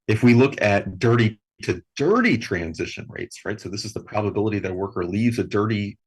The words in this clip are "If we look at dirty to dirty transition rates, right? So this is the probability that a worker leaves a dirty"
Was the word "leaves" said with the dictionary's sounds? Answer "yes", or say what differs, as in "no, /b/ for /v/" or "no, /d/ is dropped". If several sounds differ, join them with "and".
yes